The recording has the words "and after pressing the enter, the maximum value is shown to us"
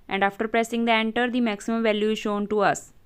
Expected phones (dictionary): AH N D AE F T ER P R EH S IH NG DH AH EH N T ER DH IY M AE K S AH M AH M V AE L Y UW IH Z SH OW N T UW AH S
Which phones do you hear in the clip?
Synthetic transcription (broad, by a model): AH N D AE F T ER P R EH S IH NG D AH EH N T ER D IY M AE K S AH M AH M V AE L Y UW IH Z SH OW N T UW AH S